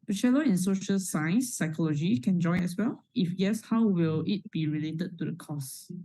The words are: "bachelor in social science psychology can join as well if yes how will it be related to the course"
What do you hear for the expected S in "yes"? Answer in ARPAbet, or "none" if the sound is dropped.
S